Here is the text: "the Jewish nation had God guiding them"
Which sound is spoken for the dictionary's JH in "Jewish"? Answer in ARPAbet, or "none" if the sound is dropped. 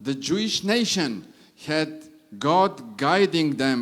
JH